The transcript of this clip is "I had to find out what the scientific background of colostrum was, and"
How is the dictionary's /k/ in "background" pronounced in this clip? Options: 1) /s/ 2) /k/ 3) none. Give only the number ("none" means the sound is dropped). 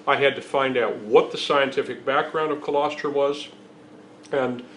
2